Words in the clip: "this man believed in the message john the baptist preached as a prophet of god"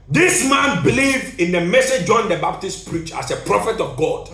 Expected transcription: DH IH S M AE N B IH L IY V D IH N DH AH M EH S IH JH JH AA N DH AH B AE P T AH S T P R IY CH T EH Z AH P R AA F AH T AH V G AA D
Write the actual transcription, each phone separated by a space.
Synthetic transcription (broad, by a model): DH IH S M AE N B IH L IY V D IH N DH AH M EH S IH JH JH AA N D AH B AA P T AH S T P R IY CH AA S AH P R AA F AH T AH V G AA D